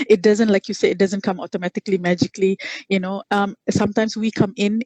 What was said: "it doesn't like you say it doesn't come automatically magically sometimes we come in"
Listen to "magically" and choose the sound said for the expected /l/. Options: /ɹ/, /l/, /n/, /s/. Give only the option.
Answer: /n/